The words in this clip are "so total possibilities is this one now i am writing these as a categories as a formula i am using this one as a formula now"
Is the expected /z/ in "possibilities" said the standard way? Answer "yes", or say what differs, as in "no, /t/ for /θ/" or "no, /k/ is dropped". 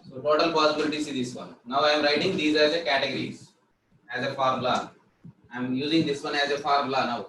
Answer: no, /s/ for /z/